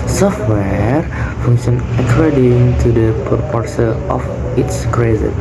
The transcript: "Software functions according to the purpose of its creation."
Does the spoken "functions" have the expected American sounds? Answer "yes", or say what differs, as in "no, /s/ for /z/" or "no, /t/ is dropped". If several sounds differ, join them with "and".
no, /z/ is dropped